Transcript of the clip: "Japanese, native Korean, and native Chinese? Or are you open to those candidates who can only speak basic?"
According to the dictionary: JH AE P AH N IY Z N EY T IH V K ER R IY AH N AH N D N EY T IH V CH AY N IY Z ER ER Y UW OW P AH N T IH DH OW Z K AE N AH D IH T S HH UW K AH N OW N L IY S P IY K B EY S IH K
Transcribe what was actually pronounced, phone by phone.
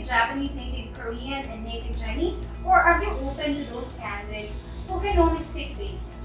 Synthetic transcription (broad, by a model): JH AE P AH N IY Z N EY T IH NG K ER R IY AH N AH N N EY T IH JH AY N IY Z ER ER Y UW OW P AH N T IH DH OW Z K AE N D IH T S HH UW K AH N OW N IY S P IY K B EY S